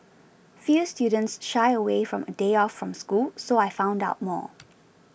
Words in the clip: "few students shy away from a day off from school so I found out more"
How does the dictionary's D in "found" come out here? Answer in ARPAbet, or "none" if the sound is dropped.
D